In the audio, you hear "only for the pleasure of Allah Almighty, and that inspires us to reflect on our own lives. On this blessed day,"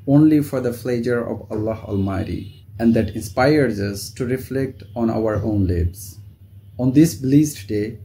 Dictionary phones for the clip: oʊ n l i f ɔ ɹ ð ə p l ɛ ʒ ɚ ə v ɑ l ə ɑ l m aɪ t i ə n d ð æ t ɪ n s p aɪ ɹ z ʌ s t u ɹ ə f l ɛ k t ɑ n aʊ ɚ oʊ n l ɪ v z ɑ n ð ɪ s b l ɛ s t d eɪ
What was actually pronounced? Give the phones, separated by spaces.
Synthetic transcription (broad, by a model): oʊ n l i f ɔ ɹ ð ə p l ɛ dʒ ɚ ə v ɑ l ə ɑ l m aɪ t i ə n d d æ t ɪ n s p aɪ ɹ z ʌ s t u ɹ ə f l ɛ k t ɑ n aʊ ɚ oʊ n l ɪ b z ɑ n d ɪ s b l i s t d eɪ